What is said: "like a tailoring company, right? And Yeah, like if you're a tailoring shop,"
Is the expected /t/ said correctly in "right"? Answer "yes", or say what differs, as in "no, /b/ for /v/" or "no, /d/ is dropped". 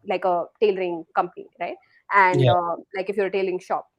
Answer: yes